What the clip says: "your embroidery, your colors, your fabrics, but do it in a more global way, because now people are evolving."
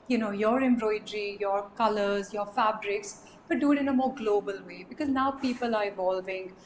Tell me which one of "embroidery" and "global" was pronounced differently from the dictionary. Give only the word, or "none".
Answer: none